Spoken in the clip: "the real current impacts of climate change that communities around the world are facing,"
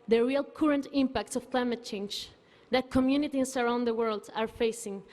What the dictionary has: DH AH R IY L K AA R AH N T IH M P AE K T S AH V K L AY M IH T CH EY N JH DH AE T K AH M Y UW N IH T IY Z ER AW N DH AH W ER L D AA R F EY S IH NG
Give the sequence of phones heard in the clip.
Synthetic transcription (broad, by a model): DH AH R IY L K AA R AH N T IH M P AE K T S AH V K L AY M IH T CH EY N JH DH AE T K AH M Y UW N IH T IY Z ER AW N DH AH W ER L D AA R F EY S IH NG